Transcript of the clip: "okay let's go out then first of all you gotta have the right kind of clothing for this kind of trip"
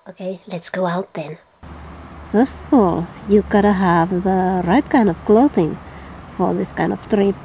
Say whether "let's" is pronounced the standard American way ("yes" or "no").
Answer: yes